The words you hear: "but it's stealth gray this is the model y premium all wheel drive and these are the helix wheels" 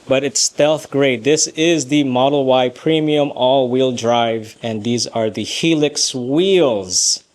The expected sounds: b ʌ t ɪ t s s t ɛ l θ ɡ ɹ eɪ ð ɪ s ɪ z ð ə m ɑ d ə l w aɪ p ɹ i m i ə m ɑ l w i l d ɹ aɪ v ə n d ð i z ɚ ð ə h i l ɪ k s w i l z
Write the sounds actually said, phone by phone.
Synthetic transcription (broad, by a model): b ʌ t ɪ t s s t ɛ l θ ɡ ɹ eɪ ð ɪ s ɪ z ð ə m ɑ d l w aɪ p ɹ i m i ə m ɑ l w i l d ɹ aɪ v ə n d ð i z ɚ ð ə h i l ɪ k s w i l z